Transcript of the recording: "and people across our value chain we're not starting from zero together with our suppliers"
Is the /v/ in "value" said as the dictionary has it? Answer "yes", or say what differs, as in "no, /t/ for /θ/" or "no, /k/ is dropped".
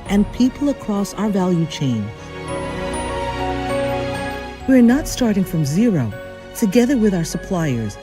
yes